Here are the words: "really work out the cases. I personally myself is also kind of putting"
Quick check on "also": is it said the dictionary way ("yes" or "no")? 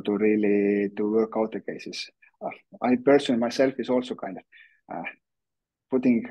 yes